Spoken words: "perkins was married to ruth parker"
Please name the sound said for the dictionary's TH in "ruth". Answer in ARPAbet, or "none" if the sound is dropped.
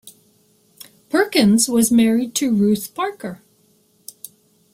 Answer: TH